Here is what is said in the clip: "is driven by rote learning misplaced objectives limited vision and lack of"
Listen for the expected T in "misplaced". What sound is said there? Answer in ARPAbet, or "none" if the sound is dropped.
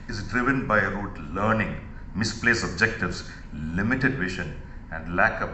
none